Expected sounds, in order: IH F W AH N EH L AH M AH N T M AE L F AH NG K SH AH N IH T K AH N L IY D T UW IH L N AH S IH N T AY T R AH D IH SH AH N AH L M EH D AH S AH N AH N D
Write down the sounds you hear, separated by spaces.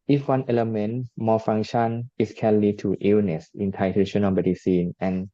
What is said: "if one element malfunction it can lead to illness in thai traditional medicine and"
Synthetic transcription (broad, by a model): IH F W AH N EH L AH M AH N M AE F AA NG SH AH N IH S K AH N L IY D T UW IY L N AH S IH N T AY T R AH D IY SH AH N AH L M EH D AH S AH N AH N